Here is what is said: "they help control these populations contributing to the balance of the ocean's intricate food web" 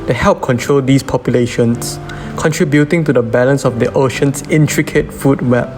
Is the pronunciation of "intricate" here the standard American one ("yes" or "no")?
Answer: yes